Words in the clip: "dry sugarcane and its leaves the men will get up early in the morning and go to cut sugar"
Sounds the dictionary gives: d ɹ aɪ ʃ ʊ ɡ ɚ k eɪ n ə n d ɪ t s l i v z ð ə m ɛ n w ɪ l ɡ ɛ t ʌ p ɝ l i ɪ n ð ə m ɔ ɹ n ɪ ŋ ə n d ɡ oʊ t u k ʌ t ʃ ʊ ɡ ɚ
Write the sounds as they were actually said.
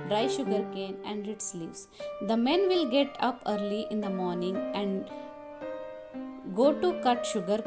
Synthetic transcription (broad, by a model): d ɹ aɪ ʃ ʊ ɡ ɚ k eɪ n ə n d ɪ t s l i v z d ə m ɛ n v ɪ l ɡ ɛ t ʌ p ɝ l i ɪ n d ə m ɔ ɹ n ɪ ŋ ə n d ɡ oʊ t u k ʌ t ʃ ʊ ɡ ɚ